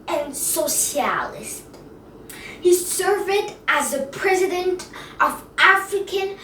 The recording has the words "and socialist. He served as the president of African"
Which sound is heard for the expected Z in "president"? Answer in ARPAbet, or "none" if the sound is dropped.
Z